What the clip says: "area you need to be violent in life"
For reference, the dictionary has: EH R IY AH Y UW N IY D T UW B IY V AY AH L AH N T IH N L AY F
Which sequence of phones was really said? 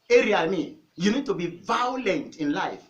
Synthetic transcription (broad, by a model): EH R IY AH Y UW N IY D T UW B IY V AY AH L AH N T IH N L AY F